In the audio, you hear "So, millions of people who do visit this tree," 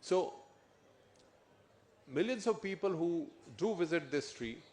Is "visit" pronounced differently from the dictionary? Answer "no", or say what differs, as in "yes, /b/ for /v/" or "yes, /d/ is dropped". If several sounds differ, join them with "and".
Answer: no